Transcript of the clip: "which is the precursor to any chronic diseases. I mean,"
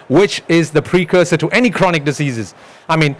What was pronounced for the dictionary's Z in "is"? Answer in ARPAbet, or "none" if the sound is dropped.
Z